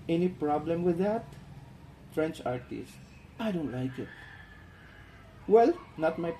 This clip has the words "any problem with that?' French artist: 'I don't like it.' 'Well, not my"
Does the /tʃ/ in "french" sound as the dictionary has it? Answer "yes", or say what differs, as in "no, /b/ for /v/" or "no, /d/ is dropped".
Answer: yes